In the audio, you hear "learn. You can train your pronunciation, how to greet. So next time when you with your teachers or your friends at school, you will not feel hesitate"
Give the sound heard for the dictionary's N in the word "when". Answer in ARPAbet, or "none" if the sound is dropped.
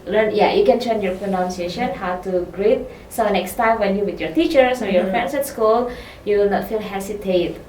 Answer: N